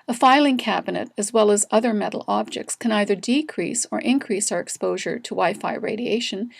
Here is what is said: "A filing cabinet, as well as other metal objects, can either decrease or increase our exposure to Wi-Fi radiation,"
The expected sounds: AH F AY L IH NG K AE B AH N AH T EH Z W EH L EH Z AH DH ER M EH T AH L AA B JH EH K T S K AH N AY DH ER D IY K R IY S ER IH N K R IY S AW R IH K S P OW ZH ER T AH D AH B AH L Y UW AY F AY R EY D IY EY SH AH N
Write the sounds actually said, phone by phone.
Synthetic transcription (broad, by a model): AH F AY L IH NG K AE B AH N AH T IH Z W EH L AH Z AH DH ER M EH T L AA B JH EH K T S K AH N AY DH ER D IY K R IY S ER IH N K R IY S AW R IH K S P OW ZH ER T AH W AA AH F AY R EY D IY EY SH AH N